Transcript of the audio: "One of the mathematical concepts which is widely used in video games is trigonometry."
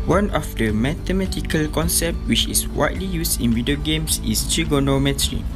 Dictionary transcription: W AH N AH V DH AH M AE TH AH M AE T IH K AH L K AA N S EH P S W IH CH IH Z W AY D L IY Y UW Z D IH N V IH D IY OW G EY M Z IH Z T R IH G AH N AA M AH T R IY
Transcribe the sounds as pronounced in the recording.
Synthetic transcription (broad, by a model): W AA N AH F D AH M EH T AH M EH T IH K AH L K AA N S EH P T W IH CH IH S W AY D L IY Y UW S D IH N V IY D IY OW G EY M S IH S T R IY G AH N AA M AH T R IY